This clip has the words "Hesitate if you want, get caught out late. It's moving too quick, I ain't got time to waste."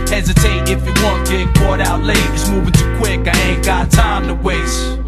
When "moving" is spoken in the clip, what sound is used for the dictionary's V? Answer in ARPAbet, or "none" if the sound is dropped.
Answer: V